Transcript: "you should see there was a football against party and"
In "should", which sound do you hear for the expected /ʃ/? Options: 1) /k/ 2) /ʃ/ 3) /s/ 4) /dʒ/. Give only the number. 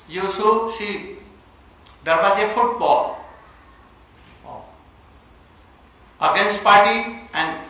3